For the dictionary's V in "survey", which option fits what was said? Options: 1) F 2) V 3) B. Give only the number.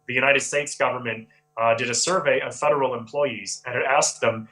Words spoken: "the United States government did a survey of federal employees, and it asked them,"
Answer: 2